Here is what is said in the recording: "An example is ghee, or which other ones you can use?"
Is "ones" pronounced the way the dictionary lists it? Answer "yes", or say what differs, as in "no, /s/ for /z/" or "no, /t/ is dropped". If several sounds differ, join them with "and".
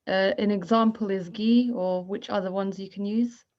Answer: yes